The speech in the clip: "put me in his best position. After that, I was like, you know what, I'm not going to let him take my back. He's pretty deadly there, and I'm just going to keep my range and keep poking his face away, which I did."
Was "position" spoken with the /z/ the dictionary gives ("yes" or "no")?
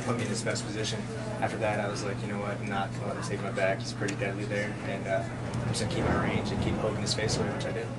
yes